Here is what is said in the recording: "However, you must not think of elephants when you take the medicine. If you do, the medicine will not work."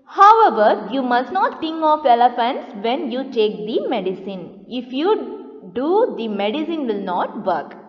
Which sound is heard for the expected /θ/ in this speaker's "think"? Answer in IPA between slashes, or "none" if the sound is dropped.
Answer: /t/